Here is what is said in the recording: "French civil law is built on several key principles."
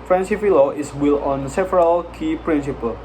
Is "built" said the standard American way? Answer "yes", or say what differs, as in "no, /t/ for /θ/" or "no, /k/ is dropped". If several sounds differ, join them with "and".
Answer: no, /t/ is dropped